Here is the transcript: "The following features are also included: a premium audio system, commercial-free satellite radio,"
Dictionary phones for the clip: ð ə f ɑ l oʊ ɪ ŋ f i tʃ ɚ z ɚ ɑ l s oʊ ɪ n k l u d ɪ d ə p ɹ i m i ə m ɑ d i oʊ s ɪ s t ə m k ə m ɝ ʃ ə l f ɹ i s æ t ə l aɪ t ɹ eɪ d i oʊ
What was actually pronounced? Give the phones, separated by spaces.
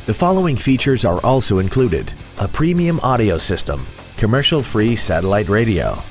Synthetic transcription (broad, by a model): ð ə f ɑ l oʊ ɪ ŋ f i tʃ ɚ z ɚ ɑ l s oʊ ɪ n k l u d ɪ d ə p ɹ i m i ə m ɑ d i oʊ s ɪ s t ə m k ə m ɝ ʃ l f ɹ i s æ t ə l aɪ t ɹ eɪ d i oʊ